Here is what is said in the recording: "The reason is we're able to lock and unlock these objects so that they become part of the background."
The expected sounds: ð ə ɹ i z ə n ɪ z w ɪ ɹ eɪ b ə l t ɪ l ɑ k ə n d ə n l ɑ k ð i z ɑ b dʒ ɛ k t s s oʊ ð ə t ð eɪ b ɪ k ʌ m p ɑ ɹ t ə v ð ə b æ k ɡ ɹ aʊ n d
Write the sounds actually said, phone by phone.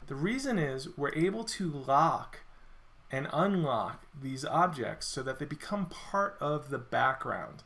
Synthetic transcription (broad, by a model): ð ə ɹ i z ə n ɪ z w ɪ ɹ eɪ b l t ɪ l ɑ k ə n ə n l ɑ k ð i z ɑ b dʒ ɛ k t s s oʊ ð ə t ð eɪ b ɪ k ʌ m p ɑ ɹ t ə v ð ə b æ k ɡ ɹ aʊ n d